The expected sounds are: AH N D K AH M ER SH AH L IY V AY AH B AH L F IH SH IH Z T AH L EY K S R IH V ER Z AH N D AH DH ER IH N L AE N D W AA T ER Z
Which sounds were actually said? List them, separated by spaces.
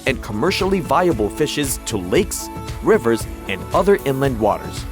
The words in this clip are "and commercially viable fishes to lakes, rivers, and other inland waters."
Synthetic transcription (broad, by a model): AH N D K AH M ER SH L IY V AY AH B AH L F IH SH IH Z T AH L EY K S R IH V ER Z AH N D AH DH ER IH N L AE N D W AA T ER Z